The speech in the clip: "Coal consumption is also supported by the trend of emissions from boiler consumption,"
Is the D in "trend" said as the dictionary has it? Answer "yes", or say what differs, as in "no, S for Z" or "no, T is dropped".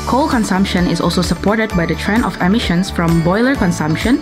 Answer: no, D is dropped